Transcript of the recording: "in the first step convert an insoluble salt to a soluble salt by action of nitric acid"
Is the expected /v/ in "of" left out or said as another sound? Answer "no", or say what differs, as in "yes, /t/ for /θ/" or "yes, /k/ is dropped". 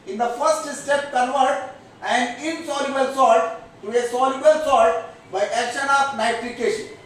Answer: yes, /p/ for /v/